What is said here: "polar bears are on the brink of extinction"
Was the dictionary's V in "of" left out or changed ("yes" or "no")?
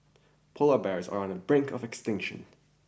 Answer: no